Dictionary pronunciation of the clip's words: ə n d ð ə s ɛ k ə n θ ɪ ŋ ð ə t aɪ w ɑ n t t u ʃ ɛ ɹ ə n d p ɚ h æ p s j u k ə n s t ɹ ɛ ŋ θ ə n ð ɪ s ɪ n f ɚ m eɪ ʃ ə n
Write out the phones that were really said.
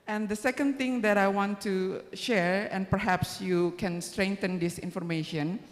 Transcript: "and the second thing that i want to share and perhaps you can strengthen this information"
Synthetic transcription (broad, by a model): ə n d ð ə s ɛ k ə n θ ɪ ŋ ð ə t aɪ w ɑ n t t u ʃ ɛ ɹ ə n p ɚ h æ p s j u k ə n s t ɹ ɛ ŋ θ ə n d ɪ s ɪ n f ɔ m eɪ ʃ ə n